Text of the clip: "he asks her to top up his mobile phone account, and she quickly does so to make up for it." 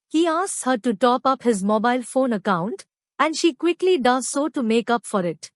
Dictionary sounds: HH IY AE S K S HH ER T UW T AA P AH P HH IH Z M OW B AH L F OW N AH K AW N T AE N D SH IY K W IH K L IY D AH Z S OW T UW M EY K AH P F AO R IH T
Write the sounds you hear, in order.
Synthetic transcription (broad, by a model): HH IY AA S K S HH ER T UW T AA P AH P HH IH Z M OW B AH L F OW N AH K AW N T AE N D SH IY K W IH K L IY D AH Z S OW T UW M EY K AH P F AO R IH T